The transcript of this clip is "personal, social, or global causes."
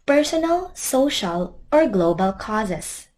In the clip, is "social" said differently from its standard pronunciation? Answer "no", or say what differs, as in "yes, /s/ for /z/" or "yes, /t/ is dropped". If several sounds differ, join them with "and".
no